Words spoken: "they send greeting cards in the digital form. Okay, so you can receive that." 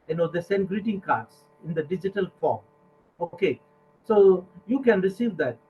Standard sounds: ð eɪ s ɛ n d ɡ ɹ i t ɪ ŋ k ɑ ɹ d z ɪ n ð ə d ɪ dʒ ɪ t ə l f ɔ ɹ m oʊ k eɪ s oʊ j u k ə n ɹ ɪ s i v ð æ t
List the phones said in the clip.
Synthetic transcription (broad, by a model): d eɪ s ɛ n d ɡ ɹ i t ɪ ŋ k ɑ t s ɪ n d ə d ɪ dʒ ɪ t ə l f ɔ ɹ m oʊ k eɪ s oʊ j u k ə n ɹ ɪ s i v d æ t